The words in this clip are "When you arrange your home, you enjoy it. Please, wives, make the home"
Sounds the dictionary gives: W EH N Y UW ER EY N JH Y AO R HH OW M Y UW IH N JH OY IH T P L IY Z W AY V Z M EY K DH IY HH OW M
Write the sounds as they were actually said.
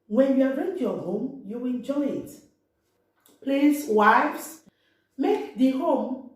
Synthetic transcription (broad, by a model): W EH N Y UW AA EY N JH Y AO HH OW M Y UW IH N JH OY IH T P L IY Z W AY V S M EY K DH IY HH OW M